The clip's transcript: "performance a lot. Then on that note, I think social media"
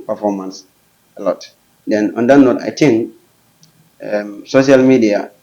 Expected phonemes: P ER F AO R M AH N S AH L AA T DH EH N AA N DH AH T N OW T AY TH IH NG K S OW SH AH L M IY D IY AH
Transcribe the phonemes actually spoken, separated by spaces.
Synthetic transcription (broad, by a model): P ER F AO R M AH N S AH L AA T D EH N AA N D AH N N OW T AY T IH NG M S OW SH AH L M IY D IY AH